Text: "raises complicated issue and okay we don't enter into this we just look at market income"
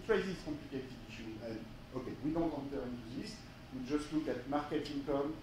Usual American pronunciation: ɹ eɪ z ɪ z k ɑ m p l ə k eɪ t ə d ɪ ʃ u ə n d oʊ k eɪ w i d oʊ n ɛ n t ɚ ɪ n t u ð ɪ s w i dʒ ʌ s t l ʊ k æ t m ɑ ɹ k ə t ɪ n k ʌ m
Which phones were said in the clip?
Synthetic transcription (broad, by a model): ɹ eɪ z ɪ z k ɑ p l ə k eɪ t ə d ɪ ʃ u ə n oʊ k eɪ w i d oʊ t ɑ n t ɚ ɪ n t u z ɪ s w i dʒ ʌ s t l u k æ t m ɑ ɹ k ə t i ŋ k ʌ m